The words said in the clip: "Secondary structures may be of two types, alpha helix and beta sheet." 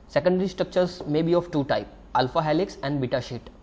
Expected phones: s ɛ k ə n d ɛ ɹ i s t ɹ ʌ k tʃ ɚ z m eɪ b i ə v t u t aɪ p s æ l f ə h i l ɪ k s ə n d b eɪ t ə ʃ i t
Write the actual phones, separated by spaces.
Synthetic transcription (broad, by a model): s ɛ k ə n d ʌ ɹ i s t ɹ ʌ k tʃ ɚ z m eɪ b i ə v t u t aɪ p æ l f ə h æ l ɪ k s ə n d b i t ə ʃ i t